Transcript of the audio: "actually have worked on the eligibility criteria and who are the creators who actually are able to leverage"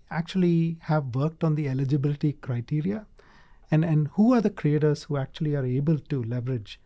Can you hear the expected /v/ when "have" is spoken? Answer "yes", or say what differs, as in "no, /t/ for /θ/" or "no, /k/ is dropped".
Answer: yes